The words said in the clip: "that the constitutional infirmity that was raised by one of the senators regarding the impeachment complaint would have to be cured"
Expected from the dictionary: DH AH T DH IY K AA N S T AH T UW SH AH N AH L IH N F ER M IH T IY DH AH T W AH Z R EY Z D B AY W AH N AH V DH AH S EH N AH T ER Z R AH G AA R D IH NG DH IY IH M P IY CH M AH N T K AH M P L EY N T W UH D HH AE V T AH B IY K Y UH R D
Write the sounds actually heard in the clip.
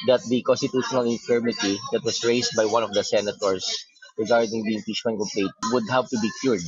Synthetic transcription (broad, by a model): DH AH T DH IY K AA N S T AH T UW SH AH N AH L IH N F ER M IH T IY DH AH T W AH S R EY S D B AY W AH N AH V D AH S EH N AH T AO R R AH G AA R D IH NG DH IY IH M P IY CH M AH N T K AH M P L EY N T W UH D HH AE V T AH B IY K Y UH R D